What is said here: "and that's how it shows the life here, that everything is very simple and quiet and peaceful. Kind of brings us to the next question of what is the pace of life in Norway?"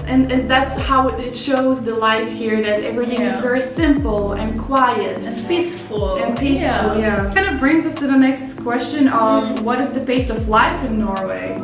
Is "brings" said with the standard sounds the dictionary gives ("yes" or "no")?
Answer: yes